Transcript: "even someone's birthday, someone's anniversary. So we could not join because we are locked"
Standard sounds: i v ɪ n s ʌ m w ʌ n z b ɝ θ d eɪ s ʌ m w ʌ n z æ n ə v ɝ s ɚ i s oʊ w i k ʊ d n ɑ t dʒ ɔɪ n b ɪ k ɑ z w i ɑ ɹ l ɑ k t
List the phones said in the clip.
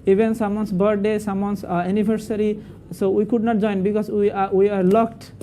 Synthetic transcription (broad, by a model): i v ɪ n s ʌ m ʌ n s b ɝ t d eɪ s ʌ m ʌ n s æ n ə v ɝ s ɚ i s oʊ w i k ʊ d n ɑ t dʒ ɔɪ n b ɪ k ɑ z w i ɑ ɹ l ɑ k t